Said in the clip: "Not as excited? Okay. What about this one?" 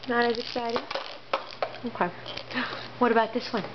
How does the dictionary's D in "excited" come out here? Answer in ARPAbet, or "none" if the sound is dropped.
none